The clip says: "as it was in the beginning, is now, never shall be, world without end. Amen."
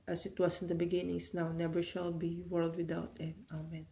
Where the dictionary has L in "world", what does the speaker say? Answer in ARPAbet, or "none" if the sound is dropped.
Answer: L